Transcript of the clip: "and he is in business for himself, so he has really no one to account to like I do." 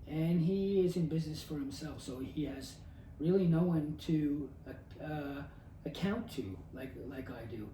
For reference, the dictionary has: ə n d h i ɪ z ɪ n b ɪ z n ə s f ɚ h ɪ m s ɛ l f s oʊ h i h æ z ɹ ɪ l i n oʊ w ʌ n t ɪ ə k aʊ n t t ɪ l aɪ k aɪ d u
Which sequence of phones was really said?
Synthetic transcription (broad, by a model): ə n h i ɪ z ɪ n b ɪ z n ə s f ɚ h ɪ m s ɛ l f s oʊ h i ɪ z ɹ ɪ l i n oʊ w ʌ n t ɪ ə k aʊ n t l ɪ l aɪ k aɪ d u